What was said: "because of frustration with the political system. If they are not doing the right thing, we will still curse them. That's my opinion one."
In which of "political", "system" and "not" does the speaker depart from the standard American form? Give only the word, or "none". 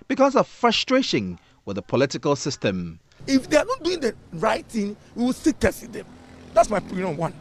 none